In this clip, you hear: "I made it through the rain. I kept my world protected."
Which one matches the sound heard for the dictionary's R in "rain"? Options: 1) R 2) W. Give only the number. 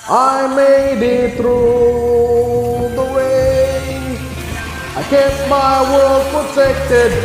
2